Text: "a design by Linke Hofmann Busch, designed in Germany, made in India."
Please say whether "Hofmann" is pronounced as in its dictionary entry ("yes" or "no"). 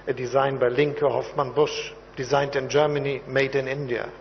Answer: yes